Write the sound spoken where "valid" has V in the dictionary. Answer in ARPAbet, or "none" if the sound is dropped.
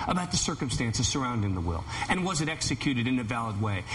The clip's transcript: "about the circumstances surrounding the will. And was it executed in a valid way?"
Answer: V